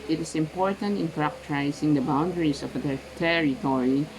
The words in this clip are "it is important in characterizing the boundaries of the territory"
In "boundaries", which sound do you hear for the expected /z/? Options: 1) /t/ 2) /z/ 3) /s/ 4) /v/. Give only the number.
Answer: 3